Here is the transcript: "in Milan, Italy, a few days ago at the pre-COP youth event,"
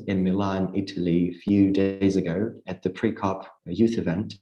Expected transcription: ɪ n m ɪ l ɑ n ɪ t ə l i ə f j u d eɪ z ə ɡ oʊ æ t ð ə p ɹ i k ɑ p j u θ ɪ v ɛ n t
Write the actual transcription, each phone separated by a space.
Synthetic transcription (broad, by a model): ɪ n m ɪ l ɑ n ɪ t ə l i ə f j u d eɪ z ə ɡ oʊ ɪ t ð ə p ɹ i k ɑ p j u θ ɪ v ɛ n t